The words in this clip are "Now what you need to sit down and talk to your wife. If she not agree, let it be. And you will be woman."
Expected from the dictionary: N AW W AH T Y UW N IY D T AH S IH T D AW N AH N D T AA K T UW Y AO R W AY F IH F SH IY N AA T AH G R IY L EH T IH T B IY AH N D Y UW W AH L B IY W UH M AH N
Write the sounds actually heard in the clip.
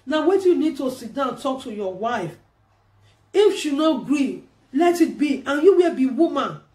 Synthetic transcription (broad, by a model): N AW W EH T Y UW N IY D T AH S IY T D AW AH N T AA K T UW Y AO W AY F IH F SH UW N AA T G R IY L EH T IH T B IY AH N Y UW W AH L B IY W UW M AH N